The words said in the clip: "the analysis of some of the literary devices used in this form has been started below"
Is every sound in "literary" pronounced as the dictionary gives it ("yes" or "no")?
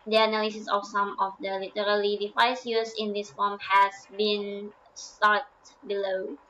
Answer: no